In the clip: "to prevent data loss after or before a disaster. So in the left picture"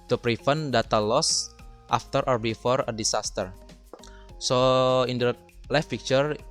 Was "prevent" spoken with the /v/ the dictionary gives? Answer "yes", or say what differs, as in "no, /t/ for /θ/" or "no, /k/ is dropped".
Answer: no, /f/ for /v/